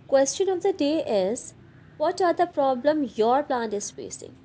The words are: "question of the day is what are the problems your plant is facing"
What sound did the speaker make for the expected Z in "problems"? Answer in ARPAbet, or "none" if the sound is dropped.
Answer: none